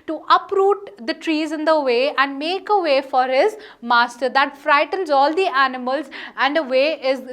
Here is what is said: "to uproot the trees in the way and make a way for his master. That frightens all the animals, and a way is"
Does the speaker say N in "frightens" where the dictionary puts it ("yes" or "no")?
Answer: yes